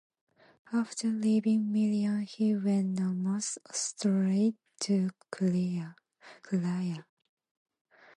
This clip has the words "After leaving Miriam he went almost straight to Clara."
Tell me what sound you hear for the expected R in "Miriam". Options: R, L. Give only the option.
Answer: L